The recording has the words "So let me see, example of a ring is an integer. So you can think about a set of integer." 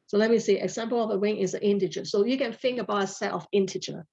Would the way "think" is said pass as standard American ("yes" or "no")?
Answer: no